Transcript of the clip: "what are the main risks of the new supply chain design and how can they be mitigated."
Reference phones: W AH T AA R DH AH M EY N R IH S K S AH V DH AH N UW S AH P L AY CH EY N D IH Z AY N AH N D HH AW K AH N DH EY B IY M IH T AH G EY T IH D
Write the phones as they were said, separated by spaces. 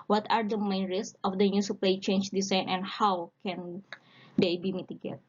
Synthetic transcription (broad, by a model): W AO T AA R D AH M EY N R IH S S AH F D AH N UW S AH P L AY CH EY N D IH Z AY N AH N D HH AW K AH N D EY B IY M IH T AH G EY T